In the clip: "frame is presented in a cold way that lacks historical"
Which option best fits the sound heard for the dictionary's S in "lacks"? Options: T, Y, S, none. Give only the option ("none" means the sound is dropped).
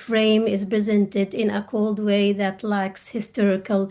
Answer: S